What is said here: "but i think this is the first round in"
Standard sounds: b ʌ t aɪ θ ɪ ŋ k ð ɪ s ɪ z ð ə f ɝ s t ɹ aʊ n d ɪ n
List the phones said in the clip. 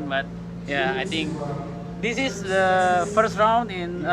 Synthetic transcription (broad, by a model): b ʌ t aɪ t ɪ ŋ k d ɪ s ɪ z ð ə f ɝ s t ɹ aʊ n d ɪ n